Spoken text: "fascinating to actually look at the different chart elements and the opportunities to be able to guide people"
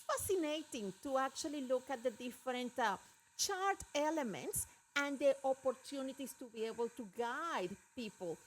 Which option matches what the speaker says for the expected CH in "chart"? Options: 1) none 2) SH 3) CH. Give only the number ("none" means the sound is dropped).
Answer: 3